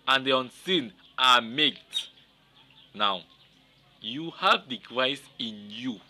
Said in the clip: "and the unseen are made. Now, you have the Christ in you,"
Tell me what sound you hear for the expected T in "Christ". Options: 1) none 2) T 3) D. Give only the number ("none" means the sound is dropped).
1